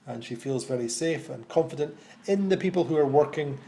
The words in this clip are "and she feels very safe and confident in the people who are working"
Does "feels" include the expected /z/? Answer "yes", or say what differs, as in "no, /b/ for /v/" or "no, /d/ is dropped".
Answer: yes